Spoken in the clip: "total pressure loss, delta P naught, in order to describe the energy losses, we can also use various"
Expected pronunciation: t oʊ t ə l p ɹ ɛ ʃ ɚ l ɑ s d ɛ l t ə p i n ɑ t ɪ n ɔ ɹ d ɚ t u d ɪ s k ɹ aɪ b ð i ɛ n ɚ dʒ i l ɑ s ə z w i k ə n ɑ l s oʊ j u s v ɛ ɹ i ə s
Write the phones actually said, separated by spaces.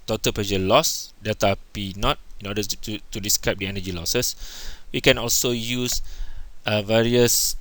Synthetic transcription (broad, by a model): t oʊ t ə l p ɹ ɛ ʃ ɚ l ɑ s d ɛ t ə p i n ɑ t ɪ n ɔ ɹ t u t u d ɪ s k ɹ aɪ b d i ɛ n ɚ dʒ i l ɑ s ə s w i k ə n ɑ l s oʊ j u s v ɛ ɹ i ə s